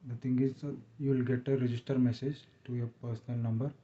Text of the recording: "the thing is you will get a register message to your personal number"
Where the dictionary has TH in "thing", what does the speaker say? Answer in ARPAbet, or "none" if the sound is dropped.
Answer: T